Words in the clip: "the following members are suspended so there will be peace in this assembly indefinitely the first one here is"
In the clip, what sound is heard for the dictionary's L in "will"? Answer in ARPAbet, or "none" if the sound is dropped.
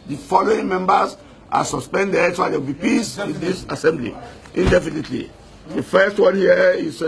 W